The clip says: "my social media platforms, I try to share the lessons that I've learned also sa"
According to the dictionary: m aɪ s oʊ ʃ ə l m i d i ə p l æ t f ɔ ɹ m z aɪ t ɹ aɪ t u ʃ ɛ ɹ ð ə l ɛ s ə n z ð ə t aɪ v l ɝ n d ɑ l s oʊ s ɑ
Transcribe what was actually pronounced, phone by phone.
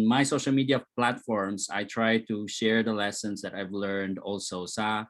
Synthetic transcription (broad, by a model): m aɪ s oʊ ʃ ə l m i d i ə p l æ t f ɔ ɹ m s aɪ t ɹ aɪ t u ʃ ɛ ɹ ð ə l ɛ s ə n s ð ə t aɪ v l ɝ n d ɑ l s oʊ s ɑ